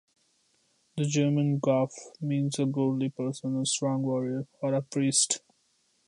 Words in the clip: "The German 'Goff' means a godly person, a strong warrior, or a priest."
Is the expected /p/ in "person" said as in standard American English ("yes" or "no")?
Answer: yes